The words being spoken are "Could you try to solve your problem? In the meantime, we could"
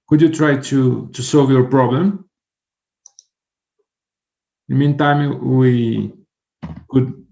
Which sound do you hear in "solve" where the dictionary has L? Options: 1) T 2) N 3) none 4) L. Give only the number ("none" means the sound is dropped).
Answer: 4